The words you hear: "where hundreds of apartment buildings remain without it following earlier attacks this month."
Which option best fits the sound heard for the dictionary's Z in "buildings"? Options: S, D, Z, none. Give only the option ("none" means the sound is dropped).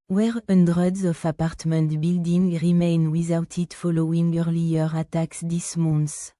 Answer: none